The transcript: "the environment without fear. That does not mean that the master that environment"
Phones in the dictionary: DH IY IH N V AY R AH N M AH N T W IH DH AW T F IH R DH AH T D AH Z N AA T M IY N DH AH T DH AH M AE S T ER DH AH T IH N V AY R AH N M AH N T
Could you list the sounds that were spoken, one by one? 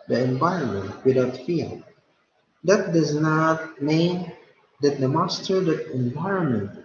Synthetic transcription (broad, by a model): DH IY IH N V AY R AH N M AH N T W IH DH AW T F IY L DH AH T D AH Z N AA T M IY N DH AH T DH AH M AE S T ER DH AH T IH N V AY R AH N M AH N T